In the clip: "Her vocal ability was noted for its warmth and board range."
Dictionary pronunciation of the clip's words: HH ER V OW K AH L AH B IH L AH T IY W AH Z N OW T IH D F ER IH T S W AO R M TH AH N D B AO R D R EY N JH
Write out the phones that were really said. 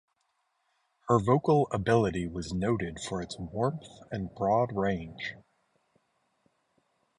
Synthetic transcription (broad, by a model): HH ER V OW K L AH B IH L AH T IY W AH Z N OW T IH D F ER IH T S W AO R M TH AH N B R AO D R EY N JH